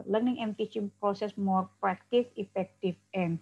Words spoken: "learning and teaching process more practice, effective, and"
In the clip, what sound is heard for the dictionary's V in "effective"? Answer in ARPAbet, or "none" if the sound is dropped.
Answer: F